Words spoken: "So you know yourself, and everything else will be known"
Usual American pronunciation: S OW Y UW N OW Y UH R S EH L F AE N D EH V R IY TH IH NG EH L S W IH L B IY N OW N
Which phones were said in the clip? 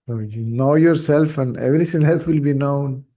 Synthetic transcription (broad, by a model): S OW Y UW N OW Y UH R S EH L F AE N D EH V R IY T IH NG EH L S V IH L B IY N OW N